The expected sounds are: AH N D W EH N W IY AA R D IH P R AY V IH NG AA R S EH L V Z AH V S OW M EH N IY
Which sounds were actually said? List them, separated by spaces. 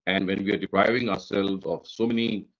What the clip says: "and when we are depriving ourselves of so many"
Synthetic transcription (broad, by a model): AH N D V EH N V IY AA R D IH P R AY V IH NG AA R S EH L V Z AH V S OW M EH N IY